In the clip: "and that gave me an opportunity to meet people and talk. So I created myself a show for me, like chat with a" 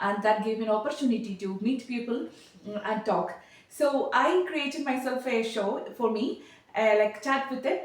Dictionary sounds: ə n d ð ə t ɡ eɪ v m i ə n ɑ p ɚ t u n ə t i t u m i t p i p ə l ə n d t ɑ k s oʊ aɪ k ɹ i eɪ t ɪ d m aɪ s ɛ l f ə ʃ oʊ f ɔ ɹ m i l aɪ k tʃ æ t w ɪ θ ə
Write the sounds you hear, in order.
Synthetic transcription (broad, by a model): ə n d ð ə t ɡ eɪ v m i ə n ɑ p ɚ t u n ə t i t u m i t p i p ə l ə n d t ɑ k s oʊ aɪ k ɹ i eɪ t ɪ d m aɪ s ɛ l f ə ʃ oʊ f ɔ ɹ m i l aɪ k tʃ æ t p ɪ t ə